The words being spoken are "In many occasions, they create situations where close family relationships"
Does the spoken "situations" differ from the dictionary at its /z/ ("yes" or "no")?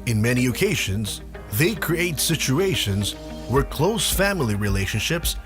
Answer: no